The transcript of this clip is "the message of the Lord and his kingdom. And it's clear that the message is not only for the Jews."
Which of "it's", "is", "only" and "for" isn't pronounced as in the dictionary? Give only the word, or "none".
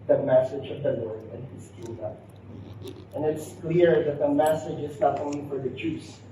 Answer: none